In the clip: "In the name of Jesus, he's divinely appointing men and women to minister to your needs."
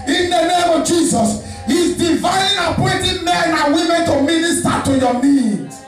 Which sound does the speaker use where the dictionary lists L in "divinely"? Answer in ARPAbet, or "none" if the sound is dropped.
none